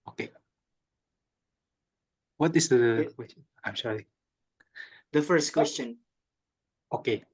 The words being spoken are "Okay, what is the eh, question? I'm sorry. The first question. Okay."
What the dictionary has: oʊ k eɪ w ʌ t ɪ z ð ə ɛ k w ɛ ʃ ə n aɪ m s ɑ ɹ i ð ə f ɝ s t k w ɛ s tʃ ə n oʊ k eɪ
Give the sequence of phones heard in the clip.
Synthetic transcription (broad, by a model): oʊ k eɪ w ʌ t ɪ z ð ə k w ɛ ə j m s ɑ i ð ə f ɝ s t k w ɛ s tʃ ə n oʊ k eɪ